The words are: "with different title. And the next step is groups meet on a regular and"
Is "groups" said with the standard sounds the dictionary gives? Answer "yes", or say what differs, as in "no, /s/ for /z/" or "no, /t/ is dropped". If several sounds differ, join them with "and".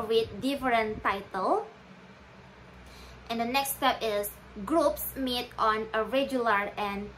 yes